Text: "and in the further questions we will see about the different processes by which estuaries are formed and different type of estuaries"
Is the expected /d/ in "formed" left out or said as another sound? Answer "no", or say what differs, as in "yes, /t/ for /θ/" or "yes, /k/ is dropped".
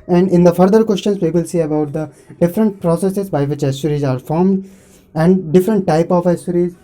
no